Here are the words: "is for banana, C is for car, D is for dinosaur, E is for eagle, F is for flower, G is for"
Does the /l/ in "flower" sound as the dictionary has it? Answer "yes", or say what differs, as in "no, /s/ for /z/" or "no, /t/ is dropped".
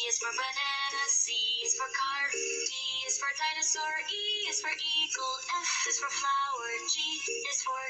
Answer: no, /l/ is dropped